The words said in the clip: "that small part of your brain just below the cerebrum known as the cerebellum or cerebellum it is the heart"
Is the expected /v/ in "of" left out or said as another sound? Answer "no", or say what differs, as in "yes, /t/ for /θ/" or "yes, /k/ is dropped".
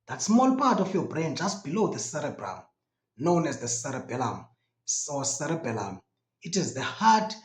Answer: yes, /f/ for /v/